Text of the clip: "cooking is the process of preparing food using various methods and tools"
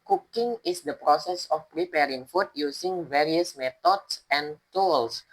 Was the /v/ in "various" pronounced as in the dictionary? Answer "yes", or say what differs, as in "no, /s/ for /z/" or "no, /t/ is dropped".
yes